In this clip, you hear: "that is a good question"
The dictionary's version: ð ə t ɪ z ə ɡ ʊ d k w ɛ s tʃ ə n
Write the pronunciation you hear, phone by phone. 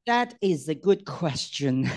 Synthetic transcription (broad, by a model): ð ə t ɪ z ə ɡ ʊ d k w ɛ s tʃ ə n